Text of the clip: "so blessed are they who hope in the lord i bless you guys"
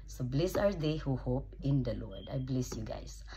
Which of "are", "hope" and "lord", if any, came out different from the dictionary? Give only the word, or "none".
none